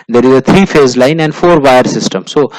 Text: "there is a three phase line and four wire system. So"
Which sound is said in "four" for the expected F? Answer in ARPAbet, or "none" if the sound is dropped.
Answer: F